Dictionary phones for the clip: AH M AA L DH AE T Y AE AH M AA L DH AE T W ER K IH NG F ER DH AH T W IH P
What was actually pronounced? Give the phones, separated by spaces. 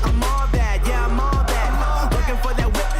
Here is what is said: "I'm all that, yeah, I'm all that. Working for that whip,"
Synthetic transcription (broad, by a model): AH M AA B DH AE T Y AE AH M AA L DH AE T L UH K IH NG F ER DH AH T W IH